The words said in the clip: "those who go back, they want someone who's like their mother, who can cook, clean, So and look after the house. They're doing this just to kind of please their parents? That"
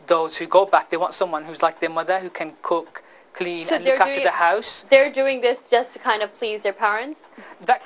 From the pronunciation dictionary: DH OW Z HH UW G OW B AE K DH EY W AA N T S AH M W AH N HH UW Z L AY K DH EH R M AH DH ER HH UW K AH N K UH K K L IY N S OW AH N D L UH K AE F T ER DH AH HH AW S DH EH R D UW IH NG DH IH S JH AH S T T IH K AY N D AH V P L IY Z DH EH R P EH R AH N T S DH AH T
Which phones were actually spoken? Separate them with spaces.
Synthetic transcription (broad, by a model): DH OW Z HH UW G OW B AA K DH EY W AA N T S AH M W AH N HH UW Z L AY K DH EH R M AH DH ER HH UW K AH N K UH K K L IY N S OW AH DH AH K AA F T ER DH AH HH AW S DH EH R D UW IH NG DH IH S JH AH S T T IH K AY N D AH V P L IY Z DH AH R P EH R AH N T S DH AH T